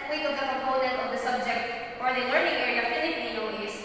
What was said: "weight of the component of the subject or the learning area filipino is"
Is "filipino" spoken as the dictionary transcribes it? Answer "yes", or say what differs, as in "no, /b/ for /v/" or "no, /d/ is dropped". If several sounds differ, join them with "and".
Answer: no, /n/ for /l/